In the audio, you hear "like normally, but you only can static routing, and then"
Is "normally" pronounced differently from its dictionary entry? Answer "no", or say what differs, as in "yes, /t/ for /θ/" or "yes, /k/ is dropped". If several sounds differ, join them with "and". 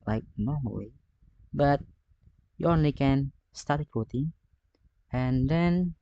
yes, /w/ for /l/